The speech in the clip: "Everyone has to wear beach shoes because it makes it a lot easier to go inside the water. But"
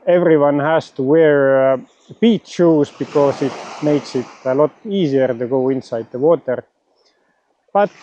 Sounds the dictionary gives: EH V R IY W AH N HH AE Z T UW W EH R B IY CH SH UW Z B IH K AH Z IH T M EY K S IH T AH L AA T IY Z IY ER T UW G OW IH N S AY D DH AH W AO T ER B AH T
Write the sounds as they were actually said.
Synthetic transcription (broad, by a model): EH V R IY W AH N HH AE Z T UW W EH R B IY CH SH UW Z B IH K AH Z IH T M EY K S IH T AH L AA T IY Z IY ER T UW G OW IH N S AY D DH AH W AO T ER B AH T